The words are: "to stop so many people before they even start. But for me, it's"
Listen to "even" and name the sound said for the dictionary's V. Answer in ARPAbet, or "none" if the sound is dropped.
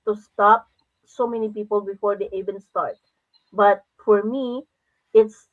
B